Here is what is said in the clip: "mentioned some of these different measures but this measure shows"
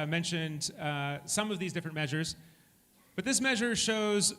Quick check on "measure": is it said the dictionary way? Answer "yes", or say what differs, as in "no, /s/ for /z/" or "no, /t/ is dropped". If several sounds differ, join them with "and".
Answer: yes